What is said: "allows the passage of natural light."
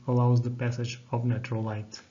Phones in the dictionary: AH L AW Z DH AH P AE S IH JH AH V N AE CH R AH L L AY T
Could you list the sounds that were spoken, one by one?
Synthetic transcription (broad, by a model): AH L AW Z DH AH P AE S IH JH AH V N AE CH AH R L AY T